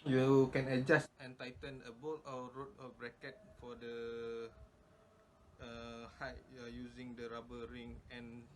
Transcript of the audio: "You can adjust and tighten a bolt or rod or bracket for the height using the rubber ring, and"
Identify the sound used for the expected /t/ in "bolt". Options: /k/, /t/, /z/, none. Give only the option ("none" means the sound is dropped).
none